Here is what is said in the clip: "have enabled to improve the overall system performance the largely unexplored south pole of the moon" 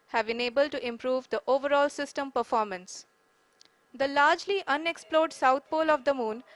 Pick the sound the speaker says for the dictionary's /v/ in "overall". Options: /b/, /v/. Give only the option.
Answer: /v/